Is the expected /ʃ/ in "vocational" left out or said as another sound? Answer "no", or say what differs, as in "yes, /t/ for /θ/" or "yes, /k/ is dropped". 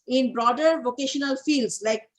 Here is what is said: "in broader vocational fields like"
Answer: no